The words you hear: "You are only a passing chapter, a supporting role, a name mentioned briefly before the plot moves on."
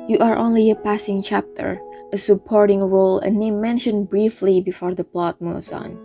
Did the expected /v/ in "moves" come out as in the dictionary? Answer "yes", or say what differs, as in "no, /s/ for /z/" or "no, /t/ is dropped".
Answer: no, /v/ is dropped